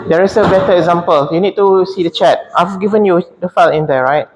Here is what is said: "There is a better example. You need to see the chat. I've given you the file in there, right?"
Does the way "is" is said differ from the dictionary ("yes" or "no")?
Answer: yes